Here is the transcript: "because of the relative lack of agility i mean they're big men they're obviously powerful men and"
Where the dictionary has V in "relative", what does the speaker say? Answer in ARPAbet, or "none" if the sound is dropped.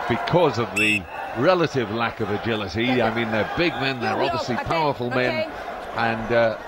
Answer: V